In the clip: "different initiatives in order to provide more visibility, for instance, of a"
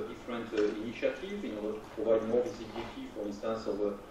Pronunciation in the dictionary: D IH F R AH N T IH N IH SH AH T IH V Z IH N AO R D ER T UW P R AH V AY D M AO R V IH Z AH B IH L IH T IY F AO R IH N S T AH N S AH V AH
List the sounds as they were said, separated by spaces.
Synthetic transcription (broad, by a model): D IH F R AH N T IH N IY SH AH T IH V IH N AO R D ER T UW P R AH V AY D M AO R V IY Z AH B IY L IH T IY F AO R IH N S T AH N S AH V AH